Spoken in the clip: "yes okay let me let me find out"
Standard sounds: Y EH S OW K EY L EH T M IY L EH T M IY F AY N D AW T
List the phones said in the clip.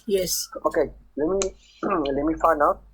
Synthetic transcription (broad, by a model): Y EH S OW K EY L EH T M IY L EH T M IY F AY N AW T